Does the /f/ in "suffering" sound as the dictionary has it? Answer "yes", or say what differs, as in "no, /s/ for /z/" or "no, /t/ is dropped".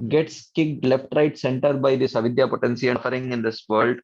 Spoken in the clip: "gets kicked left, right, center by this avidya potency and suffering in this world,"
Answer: no, /f/ is dropped